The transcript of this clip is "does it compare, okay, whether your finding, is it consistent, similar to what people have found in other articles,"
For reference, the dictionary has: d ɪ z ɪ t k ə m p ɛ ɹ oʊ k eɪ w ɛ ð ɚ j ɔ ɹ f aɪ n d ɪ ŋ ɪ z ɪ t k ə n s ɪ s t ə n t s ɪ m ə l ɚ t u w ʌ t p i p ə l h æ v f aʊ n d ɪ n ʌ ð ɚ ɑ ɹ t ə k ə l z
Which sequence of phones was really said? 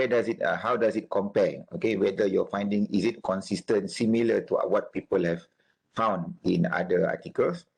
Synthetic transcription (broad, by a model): d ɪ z ɪ t k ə m p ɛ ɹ oʊ k eɪ w ɛ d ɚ j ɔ f aɪ n d ɪ ŋ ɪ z ɪ t k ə n s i s t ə n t s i m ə l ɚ t u w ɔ t p i p ə l h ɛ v f aʊ n d ɪ n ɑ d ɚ ɑ t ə k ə l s